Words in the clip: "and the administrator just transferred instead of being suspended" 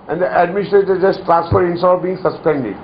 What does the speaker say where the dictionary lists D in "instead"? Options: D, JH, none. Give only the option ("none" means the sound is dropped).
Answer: none